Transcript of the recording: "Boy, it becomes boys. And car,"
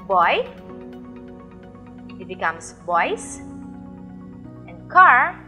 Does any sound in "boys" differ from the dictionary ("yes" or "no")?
yes